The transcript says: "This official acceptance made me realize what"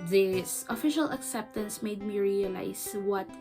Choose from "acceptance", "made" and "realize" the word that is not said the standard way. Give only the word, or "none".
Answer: realize